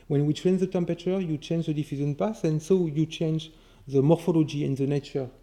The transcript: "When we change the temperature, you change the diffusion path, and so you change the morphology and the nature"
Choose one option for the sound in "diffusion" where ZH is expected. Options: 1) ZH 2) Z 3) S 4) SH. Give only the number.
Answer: 2